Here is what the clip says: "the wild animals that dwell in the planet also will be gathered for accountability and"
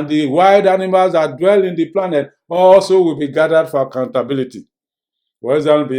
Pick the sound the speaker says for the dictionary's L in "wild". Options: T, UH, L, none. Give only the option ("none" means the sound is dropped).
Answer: none